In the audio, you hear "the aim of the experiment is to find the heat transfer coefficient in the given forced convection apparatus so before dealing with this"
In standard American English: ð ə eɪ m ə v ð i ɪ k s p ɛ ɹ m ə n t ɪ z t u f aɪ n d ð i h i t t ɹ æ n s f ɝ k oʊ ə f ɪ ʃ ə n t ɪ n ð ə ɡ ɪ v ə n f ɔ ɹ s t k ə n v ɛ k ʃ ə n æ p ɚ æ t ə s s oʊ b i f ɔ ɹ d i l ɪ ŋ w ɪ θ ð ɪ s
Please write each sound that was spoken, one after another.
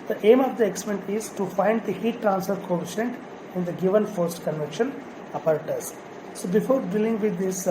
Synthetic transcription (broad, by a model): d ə eɪ m ə v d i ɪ k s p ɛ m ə n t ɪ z t u f aɪ n d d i h i t t ɹ æ n s f ɝ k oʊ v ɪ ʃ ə n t ɪ n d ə ɡ ɪ v ə n f ɔ ɹ s t k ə n v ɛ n ʃ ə n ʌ p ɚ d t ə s s oʊ b i f ɔ ɹ d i l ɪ ŋ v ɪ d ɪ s